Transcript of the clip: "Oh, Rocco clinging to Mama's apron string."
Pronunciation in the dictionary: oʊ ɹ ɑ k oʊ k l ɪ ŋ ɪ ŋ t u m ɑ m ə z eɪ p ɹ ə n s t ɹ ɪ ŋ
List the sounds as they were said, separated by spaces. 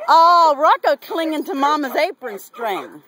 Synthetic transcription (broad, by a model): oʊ ɹ ɑ k oʊ k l ɪ ŋ ɪ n t u m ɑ m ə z eɪ p ɹ ə n s t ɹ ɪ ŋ